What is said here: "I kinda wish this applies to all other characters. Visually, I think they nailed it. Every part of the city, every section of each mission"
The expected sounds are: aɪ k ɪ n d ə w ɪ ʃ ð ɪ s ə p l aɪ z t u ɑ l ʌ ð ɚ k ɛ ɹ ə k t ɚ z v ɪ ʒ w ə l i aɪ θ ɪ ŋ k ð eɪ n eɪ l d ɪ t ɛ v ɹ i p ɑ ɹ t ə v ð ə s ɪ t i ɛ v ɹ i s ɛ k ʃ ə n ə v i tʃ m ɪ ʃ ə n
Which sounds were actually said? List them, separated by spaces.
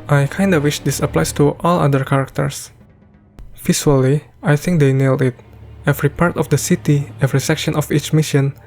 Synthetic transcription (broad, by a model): aɪ k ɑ n d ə w ɪ ʃ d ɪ s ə p l aɪ s t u ɑ l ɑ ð ɚ k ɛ ɹ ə k t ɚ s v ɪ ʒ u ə l i aɪ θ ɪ ŋ k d eɪ n eɪ l d ɪ t ɛ v ɹ i p ɑ ɹ t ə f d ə s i t i ɛ v ɹ i s ɛ k ʃ ə n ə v i tʃ m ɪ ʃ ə n